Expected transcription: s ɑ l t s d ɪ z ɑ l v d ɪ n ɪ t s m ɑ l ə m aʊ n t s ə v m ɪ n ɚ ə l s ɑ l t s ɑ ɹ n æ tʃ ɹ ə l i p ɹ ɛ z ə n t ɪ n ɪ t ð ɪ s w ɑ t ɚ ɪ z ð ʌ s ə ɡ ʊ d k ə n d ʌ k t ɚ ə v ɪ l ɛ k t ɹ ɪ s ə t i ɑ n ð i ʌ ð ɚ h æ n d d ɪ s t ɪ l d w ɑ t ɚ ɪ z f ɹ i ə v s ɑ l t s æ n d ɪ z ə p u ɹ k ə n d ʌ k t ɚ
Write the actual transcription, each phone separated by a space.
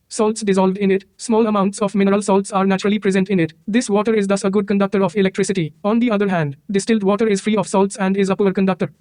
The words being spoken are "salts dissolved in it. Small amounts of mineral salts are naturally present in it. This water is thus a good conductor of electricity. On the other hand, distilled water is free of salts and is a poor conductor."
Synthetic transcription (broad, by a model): s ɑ l t s d ɪ z ɑ l v d ɪ n ɪ t s m ɑ l ə m aʊ n t s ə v m ɪ n ɚ ə l s ɑ l t s ɑ ɹ n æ tʃ ɹ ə l i p ɹ ɛ z ə n t ɪ n ɪ t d ɪ s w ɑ t ɚ ɪ z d ʌ s ə ɡ ʊ d k ə n d ʌ k t ɚ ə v ɪ l ɛ k t ɹ ɪ s ə t i ɑ n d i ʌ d ɚ h æ n d d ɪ s t ɪ l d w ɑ t ɚ ɪ z f ɹ i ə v s ɑ l t s æ n d ɪ z ə p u ɹ k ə n d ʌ k t ɚ